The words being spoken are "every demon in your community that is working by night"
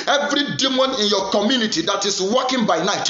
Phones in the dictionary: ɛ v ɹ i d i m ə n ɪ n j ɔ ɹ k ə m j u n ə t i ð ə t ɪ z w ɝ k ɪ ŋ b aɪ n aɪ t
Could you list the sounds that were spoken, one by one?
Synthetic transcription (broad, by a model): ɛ v ɹ i d i m ə n ɪ n j ɔ k ə m j u n ə t i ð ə t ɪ s w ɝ k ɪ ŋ b aɪ n aɪ t